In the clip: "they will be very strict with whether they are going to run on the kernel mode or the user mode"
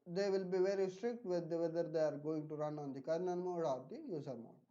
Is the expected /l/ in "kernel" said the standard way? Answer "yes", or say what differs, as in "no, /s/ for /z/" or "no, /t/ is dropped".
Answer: no, /n/ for /l/